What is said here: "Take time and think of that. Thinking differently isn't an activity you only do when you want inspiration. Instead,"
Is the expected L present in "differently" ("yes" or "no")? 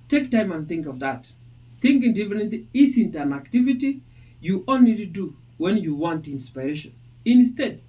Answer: no